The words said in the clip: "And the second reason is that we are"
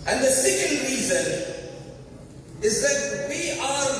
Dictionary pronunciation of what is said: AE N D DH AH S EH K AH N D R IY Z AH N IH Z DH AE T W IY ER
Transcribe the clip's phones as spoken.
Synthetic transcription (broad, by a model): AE N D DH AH S EH K AH N D R IY Z AH N IH Z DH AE T W IY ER